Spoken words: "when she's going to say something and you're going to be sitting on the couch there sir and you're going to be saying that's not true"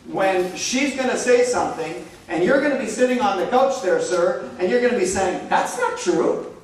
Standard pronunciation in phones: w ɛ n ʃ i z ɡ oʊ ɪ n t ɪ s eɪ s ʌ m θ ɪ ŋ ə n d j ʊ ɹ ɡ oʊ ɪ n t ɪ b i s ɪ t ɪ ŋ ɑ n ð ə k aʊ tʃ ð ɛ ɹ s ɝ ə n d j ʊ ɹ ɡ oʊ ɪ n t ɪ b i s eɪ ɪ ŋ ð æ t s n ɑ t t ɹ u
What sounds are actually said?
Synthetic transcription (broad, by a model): w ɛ n ʃ i z ɡ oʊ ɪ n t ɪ s eɪ s ʌ m θ ɪ ŋ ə n j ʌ ɹ ɡ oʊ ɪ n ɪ b i s ɪ t ɪ ŋ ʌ n ð ə k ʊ tʃ ð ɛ ɹ s ɝ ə n j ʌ ɹ ɡ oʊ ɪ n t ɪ b i s eɪ ɪ ŋ ð æ t s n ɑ t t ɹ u